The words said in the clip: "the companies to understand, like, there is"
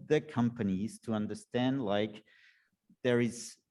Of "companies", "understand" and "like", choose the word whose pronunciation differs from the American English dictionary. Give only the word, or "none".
none